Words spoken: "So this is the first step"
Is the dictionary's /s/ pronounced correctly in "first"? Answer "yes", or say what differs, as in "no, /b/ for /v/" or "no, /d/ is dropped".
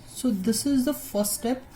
no, /s/ is dropped